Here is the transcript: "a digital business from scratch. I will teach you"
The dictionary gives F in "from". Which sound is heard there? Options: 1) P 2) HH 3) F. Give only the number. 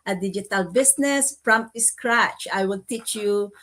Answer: 1